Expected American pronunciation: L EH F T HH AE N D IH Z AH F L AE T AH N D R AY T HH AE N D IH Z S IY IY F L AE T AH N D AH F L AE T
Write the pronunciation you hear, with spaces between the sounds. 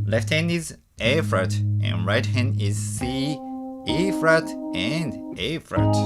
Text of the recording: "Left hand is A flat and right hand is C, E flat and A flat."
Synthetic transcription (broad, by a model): L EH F T HH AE N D IH Z AH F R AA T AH N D R AY T HH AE N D IH Z S IY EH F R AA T AH N D AH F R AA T